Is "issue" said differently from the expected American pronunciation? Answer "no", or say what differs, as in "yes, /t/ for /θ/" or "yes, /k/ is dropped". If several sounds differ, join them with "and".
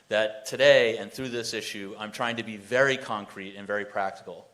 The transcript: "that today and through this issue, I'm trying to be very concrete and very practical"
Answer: no